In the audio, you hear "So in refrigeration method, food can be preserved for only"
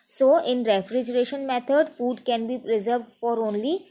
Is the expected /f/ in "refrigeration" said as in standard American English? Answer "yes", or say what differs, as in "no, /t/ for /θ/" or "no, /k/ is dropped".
yes